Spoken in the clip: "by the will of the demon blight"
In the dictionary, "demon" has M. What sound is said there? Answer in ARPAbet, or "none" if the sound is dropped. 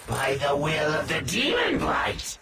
none